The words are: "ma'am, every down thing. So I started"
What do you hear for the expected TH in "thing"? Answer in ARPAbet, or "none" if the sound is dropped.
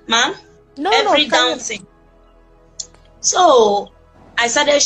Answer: S